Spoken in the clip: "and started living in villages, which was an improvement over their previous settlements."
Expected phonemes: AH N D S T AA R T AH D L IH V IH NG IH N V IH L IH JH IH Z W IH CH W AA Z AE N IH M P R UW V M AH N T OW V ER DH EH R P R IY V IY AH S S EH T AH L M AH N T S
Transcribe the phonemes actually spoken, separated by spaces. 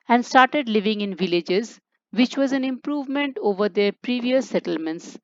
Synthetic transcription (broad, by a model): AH N D S T AA R T AH D L IH V IH NG IH N V IH L IH JH IH Z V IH CH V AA Z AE N IH M P R UW V M AH N T OW V ER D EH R P R IY V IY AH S S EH T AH L M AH N T S